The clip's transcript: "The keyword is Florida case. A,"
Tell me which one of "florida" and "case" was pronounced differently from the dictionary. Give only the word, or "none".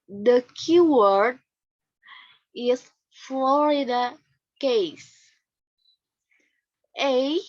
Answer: none